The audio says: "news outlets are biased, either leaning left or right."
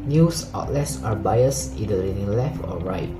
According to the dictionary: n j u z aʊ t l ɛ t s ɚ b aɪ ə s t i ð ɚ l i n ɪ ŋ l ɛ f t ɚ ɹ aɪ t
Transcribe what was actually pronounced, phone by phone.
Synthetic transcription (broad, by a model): n j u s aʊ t l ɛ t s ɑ b aɪ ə s i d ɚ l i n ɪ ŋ l ɛ f t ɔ ɹ aɪ t